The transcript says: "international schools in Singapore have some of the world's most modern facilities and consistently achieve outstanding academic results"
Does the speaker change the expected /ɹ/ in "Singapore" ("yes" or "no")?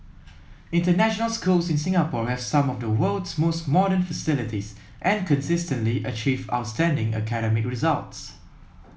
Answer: no